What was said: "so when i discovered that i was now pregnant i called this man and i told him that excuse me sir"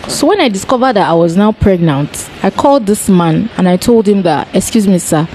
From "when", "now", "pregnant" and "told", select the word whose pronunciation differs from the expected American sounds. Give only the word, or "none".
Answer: none